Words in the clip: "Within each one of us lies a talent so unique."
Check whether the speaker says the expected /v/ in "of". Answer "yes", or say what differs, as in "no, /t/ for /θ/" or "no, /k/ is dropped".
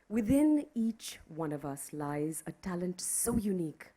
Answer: yes